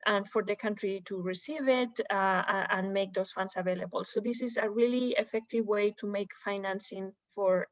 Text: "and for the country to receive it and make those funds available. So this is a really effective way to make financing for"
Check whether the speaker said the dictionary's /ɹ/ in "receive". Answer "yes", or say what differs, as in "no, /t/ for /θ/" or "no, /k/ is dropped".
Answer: yes